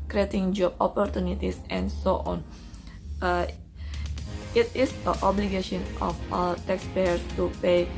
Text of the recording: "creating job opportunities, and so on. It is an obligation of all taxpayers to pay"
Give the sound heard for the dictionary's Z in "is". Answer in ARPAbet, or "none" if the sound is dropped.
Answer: S